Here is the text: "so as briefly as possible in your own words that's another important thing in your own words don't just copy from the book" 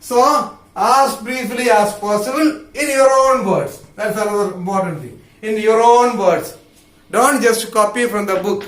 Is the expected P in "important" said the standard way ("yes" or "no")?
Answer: no